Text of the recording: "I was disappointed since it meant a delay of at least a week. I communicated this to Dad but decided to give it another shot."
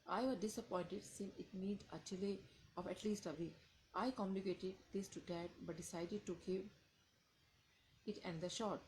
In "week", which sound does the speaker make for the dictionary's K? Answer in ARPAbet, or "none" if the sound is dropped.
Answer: none